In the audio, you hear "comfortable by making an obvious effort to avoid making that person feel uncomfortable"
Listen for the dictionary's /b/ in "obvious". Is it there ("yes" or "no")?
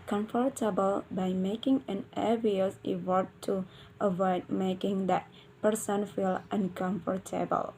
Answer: no